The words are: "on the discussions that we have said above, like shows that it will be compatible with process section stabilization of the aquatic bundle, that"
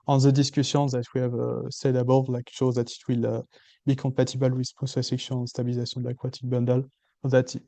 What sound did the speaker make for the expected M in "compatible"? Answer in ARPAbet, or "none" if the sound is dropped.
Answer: none